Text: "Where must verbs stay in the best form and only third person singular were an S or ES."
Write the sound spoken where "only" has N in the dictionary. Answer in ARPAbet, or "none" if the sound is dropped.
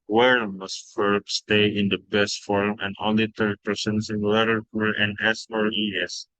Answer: none